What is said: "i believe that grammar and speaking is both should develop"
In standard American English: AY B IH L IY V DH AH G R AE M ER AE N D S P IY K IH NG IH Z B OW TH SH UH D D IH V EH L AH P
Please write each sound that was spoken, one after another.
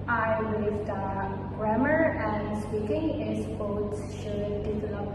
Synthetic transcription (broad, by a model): AY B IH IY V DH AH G R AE M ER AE N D S P IY K IH NG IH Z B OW S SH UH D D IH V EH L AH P